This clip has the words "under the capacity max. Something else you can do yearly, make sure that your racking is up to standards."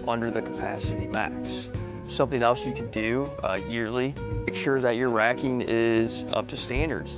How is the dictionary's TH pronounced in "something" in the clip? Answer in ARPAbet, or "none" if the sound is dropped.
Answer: TH